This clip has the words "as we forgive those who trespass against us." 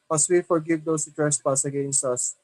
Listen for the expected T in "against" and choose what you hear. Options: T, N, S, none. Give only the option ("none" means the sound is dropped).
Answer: T